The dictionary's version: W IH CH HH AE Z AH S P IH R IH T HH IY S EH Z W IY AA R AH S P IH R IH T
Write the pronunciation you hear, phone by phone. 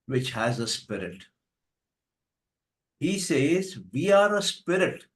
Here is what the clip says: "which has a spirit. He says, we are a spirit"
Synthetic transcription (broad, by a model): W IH CH HH AE Z AH S P IH R IH T HH IY S EH Z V IY AA R AH S P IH R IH T